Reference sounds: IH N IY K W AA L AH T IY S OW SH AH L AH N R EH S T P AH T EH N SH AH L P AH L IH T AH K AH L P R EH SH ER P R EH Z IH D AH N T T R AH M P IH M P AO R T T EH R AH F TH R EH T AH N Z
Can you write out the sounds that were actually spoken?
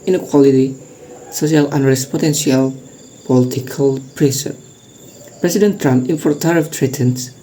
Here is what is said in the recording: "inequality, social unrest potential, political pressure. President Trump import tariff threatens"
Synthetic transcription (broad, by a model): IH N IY K W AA L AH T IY S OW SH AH L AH N R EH S P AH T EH N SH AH L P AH L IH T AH K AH L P R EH S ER P R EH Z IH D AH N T T R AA M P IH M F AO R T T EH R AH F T R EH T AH N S